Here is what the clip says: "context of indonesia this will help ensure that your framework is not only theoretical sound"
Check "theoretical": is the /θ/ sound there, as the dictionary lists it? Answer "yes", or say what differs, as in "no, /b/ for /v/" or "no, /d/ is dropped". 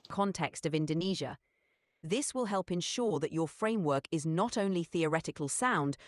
yes